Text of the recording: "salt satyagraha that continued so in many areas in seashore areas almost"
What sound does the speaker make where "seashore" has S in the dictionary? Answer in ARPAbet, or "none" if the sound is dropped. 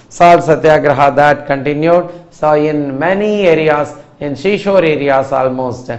SH